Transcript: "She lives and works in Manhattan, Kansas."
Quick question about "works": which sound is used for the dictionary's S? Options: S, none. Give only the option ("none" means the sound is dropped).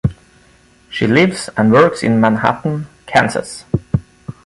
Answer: S